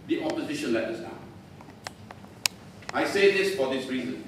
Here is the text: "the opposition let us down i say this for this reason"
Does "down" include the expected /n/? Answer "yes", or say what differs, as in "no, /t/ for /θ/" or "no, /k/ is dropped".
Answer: no, /n/ is dropped